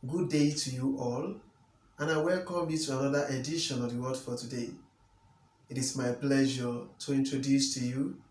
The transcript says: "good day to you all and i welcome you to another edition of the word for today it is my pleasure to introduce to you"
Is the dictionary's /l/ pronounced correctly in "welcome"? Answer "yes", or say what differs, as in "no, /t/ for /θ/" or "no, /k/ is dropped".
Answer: yes